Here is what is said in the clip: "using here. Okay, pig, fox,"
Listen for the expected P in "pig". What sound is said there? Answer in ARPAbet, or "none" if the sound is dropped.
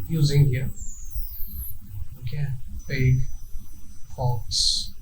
B